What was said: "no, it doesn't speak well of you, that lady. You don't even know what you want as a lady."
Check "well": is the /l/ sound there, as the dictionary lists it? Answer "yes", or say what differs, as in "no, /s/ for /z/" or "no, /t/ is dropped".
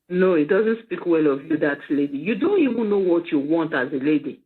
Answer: yes